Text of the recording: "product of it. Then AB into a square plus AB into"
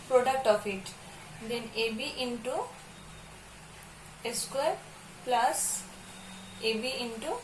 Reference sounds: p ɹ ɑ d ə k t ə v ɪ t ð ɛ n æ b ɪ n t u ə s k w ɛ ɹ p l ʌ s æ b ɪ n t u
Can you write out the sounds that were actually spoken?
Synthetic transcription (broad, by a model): p ɹ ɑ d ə k t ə p ɪ t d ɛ n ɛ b ɪ n t u ə s k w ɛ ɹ p l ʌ s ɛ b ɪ n t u